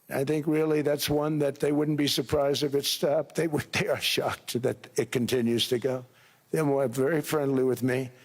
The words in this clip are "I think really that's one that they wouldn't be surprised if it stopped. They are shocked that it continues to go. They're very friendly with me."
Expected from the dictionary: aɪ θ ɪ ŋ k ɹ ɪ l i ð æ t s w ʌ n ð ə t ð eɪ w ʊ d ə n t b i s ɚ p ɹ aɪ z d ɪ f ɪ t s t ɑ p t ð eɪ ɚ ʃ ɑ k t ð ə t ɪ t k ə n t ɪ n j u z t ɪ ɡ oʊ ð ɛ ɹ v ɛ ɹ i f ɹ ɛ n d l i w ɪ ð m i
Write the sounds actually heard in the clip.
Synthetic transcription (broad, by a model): aɪ θ ɪ ŋ k ɹ ɪ l i ð æ t s w ʌ n ð ə t ð eɪ w ʊ d n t b i s ɚ p ɹ aɪ z d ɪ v ɪ t s t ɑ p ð ð eɪ ɚ ʃ ɑ k t ð ə t ɪ t k ə n t ɪ n j u z t ɪ ɡ oʊ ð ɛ w v ɛ ɹ i f ɹ ɛ n d l i w ɪ ð m i